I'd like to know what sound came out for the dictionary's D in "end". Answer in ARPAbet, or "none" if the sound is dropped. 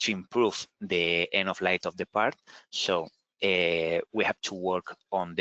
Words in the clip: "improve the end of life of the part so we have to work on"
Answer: none